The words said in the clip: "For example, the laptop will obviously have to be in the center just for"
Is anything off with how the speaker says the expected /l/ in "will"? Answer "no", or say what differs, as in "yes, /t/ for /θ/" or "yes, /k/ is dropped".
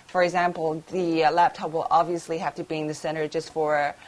no